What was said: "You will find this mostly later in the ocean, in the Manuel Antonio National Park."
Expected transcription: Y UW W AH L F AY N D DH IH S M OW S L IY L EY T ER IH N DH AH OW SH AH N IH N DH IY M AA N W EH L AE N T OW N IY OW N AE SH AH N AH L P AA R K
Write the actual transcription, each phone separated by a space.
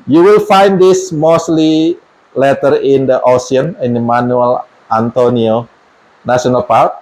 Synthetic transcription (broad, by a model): Y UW W AH L F AY N D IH S M OW S L IY L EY T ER IH N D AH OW S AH N IH N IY M AA N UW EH L AE N T OW N IY OW N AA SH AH N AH L P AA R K